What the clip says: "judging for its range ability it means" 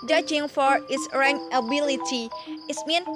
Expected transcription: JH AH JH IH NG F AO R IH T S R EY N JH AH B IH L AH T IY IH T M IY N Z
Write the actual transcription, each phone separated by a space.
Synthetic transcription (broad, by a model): JH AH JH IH NG F AO R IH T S R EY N AH B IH L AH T IY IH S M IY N